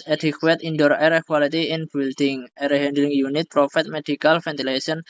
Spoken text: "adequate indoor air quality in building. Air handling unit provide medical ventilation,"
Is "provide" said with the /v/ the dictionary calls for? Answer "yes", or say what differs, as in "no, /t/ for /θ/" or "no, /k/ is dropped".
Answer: no, /f/ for /v/